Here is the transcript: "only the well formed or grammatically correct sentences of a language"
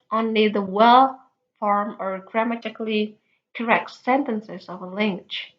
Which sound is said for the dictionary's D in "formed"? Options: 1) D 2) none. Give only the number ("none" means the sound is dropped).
2